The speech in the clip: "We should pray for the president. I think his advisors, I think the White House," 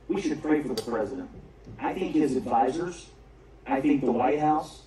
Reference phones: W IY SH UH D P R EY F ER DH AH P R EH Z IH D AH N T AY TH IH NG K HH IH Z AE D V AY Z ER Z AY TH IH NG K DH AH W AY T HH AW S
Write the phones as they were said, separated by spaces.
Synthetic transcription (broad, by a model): W IY SH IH D P R EY F ER DH AH P R EH Z IH D AH N T AY TH IH NG K HH IH Z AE D V AY Z ER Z AY TH IH NG K DH AH W AY T HH AW S